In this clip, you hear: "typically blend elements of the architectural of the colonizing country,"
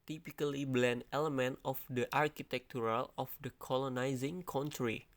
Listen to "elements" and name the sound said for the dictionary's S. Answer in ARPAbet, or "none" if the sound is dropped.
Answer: none